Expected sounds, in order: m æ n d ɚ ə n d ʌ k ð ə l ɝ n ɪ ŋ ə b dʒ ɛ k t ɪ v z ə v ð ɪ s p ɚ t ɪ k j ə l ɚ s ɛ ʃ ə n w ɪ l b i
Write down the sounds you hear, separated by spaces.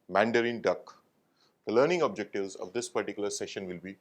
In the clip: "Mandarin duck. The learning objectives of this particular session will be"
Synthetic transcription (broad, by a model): m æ n d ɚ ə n d ʌ k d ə l ɝ n ɪ ŋ ə b dʒ ɛ k t ɪ v z ə v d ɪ s p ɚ t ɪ k j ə l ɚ s ɛ ʃ ə n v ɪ l b i